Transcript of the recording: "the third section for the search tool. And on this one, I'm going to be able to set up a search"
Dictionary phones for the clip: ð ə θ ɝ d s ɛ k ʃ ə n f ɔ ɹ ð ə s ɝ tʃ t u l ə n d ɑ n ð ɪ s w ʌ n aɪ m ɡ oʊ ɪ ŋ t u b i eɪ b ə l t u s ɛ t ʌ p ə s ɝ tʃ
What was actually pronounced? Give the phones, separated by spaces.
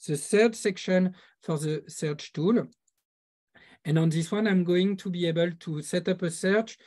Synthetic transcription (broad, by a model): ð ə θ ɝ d s ɛ k ʃ ə n f ɔ ɹ ð ə s ɝ tʃ t u l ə n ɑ n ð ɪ s w ʌ n aɪ m ɡ oʊ ɪ ŋ t u b i eɪ b ə l t u s ɛ t ʌ p ə s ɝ tʃ